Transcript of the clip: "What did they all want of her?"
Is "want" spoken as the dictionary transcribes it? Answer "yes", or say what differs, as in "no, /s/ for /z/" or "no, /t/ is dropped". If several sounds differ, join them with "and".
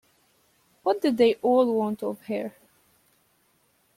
yes